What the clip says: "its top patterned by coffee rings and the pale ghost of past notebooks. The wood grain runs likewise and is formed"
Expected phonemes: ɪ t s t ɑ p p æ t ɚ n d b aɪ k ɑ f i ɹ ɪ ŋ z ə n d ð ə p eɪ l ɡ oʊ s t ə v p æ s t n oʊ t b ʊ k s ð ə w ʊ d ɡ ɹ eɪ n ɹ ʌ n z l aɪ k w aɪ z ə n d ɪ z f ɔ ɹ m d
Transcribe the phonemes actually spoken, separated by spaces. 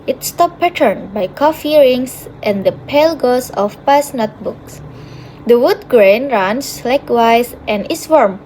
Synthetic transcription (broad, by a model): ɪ t s t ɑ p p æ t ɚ n b aɪ k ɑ f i ɹ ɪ ŋ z ə n d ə p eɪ l ɡ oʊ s ə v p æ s n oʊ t b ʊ k s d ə w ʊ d ɡ ɹ eɪ n ɹ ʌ n s l aɪ k w aɪ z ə n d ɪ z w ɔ ɹ m